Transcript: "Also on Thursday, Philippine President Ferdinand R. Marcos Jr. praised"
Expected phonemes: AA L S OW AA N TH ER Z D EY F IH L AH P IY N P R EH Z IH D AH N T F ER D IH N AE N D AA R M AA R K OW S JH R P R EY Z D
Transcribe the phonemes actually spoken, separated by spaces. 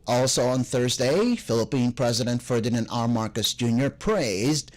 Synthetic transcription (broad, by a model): AA L S OW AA N TH ER Z D EY F IH L AH P IY N P R EH Z IH D AH N T F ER D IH N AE N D AA R M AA R K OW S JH R P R EY Z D